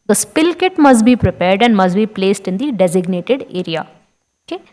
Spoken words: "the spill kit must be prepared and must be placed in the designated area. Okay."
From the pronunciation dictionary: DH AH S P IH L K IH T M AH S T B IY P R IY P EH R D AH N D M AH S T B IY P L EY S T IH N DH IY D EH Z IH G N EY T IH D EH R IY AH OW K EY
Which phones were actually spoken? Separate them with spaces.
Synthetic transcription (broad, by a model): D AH S P IH L K IH T M AH S T B IY P R IY P EH R D AH N D M AH S T B IY P L EY S T IH N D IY D EH Z IH G N EY T IH D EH R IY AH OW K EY